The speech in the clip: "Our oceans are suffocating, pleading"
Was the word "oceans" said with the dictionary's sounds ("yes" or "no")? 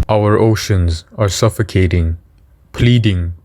yes